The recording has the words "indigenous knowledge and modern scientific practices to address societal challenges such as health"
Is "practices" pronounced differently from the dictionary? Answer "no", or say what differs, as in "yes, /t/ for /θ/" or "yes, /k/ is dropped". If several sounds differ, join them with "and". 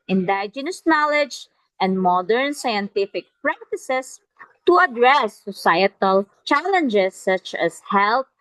yes, /s/ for /z/